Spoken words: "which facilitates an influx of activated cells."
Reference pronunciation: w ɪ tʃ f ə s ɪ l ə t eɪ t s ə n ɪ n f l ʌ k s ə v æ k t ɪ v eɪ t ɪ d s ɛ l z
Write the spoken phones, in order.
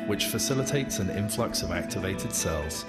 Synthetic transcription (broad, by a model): w ɪ tʃ f ə s ɪ l ə t eɪ t s ə n ɪ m f l ʌ k s ə v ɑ k t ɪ v eɪ t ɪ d s ɛ l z